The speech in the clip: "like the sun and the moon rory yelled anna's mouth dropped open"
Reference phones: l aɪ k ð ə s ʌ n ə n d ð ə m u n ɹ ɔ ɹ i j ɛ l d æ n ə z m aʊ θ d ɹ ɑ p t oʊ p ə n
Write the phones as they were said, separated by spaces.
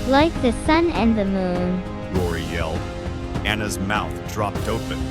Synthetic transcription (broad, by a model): l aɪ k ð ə s ʌ n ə n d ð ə m u n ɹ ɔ ɹ i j ɛ l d æ n ə z m aʊ θ d ɹ ɑ p t oʊ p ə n